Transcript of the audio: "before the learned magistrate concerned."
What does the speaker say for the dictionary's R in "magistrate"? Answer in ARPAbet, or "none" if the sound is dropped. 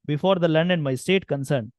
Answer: none